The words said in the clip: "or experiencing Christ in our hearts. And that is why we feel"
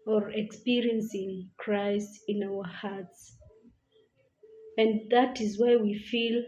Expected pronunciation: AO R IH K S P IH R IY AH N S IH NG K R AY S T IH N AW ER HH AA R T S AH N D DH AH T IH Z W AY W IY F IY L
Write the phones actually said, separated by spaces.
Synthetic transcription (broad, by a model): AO R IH K S P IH R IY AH N S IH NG K R AY S T IH N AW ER HH AA R T S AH N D DH AH T IH Z W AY W IY F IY L